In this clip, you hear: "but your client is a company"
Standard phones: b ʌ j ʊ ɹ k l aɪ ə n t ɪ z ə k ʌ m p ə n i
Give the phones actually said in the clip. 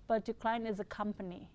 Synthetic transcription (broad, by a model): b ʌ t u k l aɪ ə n ɪ z ə k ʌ m p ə n i